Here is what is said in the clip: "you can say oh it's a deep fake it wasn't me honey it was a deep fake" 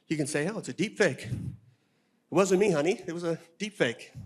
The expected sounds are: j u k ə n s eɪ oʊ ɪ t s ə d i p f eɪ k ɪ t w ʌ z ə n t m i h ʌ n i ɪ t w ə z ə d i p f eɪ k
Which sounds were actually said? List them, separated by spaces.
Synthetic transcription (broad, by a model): j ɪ k ə n s eɪ oʊ ɪ t s ə d i p f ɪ k ɪ t w ʌ z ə n m i h ʌ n i ɪ t w ə z ə d i p f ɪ k